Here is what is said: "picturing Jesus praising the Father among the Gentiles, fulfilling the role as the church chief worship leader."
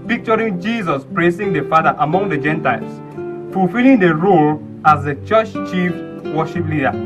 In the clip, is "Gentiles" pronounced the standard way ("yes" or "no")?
no